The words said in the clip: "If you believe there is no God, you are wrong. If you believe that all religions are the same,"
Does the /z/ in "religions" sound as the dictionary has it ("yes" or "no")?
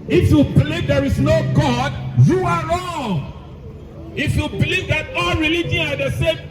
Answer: no